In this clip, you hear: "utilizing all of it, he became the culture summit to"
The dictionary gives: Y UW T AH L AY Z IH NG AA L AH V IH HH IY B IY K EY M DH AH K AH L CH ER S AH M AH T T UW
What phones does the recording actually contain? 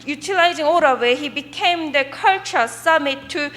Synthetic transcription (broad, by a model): Y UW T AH L AY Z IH NG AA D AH W IH HH IY B IY K EY M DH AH K AH L CH ER S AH M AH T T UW